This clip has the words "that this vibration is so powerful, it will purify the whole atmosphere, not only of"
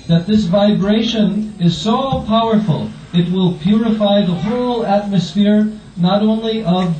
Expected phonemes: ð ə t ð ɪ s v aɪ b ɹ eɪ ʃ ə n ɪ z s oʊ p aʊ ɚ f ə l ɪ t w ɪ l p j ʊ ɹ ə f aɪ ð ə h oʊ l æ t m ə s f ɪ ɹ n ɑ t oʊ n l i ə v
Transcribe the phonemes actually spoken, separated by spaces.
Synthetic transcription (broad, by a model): ð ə t ð ɪ s v aɪ b ɹ eɪ ʃ ə n ɪ z s oʊ p aʊ ɚ f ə l ɪ t w ɪ l p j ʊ ɹ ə f aɪ ð ə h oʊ l æ t m ə s f ɪ ɹ n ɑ t oʊ n l i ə v